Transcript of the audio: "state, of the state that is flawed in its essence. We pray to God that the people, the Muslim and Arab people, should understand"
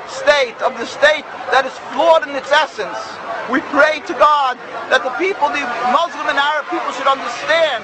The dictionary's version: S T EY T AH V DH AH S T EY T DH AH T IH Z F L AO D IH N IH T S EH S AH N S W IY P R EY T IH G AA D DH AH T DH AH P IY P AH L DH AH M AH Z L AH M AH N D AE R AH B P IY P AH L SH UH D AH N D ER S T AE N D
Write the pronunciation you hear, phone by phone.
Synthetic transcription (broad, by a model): S T EY T AH V DH AH S T EY T DH AH T IH Z F L AO D IH N IH T S EH S AH N S W IY P R EY T IH G AA D DH AH T DH AH P IY P L DH AH M AH Z L AH M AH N AE R AH B P IY P L SH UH D AH N D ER S T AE N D